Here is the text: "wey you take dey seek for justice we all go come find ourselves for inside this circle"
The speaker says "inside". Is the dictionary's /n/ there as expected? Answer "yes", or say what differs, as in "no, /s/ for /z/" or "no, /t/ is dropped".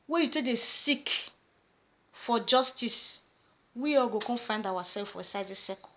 no, /n/ is dropped